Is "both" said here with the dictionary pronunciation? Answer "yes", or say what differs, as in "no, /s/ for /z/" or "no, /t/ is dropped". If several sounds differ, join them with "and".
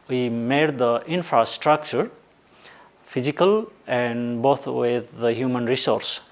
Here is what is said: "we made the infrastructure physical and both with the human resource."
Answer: no, /t/ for /θ/